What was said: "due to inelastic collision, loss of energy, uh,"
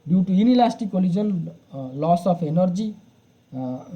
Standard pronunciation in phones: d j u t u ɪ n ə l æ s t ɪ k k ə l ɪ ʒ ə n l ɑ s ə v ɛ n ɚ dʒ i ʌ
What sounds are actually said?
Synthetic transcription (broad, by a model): d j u t u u n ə l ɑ s t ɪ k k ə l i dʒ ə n l ɑ s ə p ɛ n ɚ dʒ i